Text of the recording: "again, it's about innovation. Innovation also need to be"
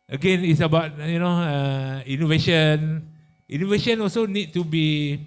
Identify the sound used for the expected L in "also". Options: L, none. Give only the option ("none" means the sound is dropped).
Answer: L